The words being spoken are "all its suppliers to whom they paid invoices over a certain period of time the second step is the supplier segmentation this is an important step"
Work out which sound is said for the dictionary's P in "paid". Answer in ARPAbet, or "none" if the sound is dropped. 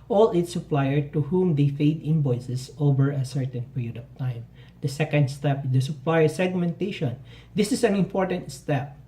F